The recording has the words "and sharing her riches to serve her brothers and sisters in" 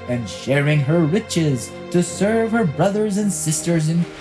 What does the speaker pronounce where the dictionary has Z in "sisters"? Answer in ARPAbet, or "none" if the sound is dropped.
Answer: Z